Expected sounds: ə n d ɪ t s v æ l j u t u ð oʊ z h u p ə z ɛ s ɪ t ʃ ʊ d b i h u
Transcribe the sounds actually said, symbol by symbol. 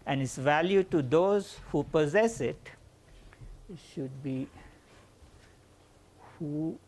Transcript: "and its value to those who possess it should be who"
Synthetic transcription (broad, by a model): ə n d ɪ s v æ l j u t u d oʊ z h u p ə z ɛ s ɪ t ʃ ʊ d b i h u